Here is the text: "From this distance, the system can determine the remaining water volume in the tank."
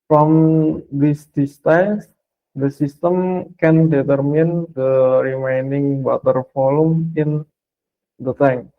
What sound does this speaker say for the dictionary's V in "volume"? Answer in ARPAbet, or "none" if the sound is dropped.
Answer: F